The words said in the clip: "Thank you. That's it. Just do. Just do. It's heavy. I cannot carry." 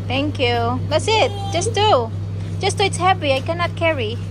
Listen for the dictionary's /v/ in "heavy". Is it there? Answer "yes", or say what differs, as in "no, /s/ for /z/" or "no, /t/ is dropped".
no, /p/ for /v/